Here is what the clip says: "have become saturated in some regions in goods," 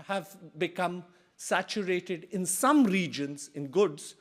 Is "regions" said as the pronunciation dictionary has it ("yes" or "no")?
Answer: yes